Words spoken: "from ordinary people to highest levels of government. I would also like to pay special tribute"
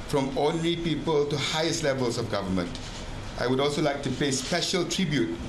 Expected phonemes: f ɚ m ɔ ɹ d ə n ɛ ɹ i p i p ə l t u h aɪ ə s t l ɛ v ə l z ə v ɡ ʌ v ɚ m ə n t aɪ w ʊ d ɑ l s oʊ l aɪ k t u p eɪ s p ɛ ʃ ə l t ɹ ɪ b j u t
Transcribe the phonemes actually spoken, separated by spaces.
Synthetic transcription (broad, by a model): f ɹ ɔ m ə n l i p i p ə l t u h aɪ ə s t l ɛ v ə l s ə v ɡ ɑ v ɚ m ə n t aɪ w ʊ d ɑ l s oʊ l aɪ k t u p eɪ s p ɛ ʃ ə l t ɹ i b j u t